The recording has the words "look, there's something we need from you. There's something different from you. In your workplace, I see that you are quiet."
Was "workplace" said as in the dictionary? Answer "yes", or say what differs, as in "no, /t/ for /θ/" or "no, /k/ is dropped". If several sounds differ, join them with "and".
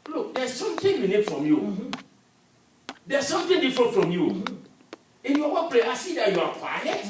no, /k/ is dropped and /s/ is dropped